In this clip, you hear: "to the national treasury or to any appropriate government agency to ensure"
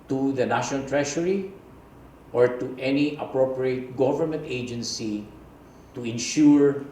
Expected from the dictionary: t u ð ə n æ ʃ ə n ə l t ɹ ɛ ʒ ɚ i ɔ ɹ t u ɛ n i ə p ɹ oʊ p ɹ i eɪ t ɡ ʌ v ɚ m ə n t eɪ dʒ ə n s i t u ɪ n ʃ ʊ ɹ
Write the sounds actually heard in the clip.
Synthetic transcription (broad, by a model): t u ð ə n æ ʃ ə n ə l t ɹ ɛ ʃ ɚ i ɔ ɹ t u ɛ n i ə p ɹ oʊ p ɹ i eɪ t ɡ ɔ v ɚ m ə n t eɪ dʒ ə n s i t u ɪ n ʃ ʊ ɹ